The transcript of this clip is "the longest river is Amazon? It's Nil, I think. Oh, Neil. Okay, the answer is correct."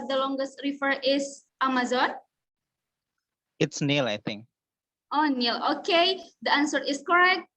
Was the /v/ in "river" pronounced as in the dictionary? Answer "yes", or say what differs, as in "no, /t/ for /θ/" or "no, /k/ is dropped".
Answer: no, /f/ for /v/